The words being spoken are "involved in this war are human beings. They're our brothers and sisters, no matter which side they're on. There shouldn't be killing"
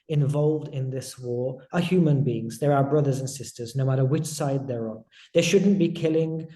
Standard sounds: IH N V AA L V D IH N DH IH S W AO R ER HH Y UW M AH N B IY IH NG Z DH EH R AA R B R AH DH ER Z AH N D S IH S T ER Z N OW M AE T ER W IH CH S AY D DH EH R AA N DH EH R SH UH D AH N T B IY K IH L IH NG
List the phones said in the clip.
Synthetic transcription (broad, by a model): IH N V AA L V D IH N DH IH S W AO R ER HH Y UW M AH N B IY IH NG Z DH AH R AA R B R AH DH ER Z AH N S IH S T ER Z N OW M AE T ER W IH CH S AY D DH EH R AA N DH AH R SH UH D N B IY K IH L IH NG